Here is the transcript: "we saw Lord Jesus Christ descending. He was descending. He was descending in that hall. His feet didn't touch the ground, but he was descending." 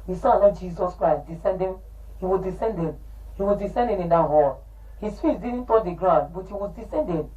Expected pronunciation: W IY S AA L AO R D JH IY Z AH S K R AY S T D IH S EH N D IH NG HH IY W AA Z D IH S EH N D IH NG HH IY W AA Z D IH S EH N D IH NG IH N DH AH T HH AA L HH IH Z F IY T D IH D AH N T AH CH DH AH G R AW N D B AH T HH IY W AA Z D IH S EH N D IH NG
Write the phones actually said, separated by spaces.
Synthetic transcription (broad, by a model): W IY S AA N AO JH IY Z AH S K R AY S T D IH S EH N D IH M HH IY W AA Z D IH S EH N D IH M HH IY W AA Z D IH S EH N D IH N IH N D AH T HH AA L HH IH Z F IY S D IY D N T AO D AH G R AW N D B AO T HH IY W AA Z D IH S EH N D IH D